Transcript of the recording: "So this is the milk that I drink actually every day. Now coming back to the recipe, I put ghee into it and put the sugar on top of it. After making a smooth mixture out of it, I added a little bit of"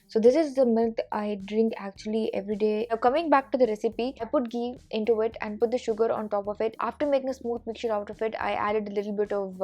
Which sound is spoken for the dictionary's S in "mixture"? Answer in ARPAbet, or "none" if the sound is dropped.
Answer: none